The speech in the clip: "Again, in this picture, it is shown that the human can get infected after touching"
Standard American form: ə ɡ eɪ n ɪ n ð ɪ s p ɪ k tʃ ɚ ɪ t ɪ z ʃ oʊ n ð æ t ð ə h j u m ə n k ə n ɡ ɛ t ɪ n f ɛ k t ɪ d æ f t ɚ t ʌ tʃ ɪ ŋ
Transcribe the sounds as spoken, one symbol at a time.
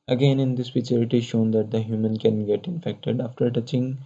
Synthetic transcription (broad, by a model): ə ɡ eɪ n ɪ n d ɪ s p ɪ tʃ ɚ ɪ t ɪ ʃ oʊ n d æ t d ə h j u m ə n k ə n ɡ ɛ t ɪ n f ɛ k t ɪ d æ f t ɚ t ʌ tʃ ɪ ŋ